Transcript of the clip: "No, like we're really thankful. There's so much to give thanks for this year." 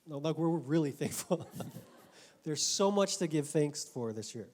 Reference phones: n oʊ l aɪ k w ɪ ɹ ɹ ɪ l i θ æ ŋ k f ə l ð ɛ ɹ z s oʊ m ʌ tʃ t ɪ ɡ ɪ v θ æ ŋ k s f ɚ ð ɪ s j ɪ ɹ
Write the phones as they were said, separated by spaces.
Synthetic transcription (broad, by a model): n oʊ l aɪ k w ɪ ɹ ɹ ɪ l i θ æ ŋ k f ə l ð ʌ ɹ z s oʊ m ʌ tʃ t ɪ ɡ ɪ v θ æ ŋ k s f ɚ ð ɪ s j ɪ ɹ